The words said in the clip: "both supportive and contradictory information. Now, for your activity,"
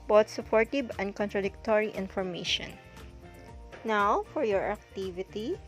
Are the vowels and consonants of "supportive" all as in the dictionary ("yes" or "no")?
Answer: no